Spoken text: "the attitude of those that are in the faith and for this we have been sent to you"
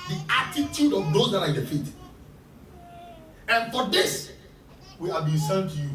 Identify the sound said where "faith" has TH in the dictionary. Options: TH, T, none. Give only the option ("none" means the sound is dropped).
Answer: T